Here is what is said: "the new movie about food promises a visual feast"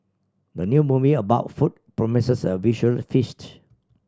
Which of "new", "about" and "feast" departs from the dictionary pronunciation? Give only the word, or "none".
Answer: none